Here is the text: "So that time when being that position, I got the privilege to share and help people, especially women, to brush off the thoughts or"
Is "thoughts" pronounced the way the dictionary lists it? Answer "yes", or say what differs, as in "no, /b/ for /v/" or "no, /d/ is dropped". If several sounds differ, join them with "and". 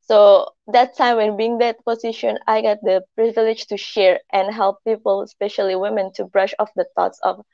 no, /t/ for /θ/